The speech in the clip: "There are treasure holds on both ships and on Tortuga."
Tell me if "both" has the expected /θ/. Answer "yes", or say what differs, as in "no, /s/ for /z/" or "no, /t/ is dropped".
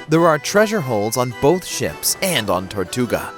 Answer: yes